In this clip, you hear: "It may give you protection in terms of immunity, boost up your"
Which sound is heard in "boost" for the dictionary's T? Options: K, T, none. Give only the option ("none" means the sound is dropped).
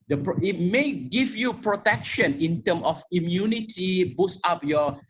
none